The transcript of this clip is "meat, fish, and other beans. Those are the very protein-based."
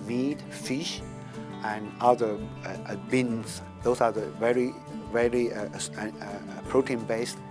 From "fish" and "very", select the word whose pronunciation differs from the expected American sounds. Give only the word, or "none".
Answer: none